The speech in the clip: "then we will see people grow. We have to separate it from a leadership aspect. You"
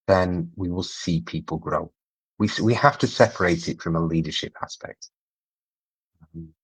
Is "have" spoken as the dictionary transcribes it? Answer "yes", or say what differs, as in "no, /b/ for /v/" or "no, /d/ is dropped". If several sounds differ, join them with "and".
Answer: no, /f/ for /v/